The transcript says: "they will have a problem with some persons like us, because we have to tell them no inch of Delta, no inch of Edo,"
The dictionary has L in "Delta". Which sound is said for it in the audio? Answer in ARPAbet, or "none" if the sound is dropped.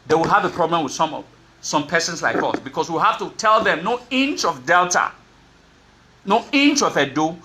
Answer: L